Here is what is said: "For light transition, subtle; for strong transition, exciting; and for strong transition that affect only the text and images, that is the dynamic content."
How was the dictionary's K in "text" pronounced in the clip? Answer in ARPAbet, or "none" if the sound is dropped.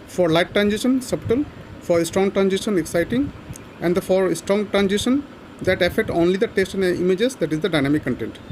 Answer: none